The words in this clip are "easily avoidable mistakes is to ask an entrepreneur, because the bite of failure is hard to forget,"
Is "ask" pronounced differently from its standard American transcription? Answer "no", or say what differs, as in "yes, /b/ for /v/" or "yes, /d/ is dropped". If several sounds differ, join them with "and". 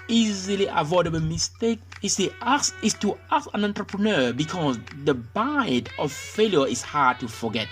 yes, /k/ is dropped